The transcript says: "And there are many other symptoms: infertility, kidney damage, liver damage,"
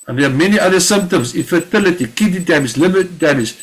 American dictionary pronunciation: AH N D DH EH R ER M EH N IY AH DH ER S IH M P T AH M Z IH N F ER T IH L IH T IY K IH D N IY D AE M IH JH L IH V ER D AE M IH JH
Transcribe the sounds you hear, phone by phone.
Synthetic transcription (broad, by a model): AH N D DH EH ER M EH N IY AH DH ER S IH M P T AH M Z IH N F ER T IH L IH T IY K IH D IY D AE M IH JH L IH B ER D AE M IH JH